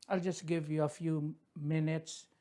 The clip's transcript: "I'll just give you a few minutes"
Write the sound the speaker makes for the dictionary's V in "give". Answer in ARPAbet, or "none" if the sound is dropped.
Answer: V